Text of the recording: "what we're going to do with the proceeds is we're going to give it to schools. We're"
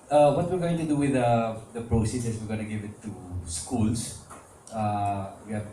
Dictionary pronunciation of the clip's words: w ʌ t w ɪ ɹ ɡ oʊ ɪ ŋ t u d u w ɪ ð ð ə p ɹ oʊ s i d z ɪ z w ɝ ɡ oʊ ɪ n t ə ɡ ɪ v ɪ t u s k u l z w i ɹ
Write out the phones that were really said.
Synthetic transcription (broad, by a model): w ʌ t w ɪ ɹ ɡ oʊ ɪ ŋ t u d u w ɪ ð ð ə p ɹ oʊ s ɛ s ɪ s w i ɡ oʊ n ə ɡ ɪ v ɪ t u s k u l s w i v